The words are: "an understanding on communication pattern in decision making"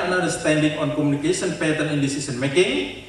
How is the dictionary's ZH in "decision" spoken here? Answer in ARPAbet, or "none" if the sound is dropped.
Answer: S